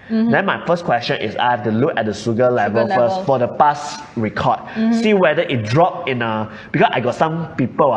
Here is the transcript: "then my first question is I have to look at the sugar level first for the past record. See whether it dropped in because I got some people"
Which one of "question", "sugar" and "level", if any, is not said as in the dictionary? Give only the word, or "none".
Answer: sugar